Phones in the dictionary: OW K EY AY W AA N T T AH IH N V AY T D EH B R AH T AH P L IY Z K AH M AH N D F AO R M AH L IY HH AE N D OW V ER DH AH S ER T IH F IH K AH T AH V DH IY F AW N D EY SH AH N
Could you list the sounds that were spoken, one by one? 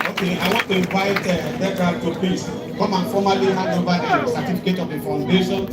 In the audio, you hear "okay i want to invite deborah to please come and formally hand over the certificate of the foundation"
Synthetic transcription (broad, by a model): OW K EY AY W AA N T T AH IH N V AY T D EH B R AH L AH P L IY S K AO M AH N F AO M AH L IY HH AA D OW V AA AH S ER T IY F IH K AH T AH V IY F AW N D EY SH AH N